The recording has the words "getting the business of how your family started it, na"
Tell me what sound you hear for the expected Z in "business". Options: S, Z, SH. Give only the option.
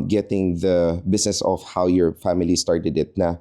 S